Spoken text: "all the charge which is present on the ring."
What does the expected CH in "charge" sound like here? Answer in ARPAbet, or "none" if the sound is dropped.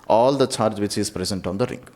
CH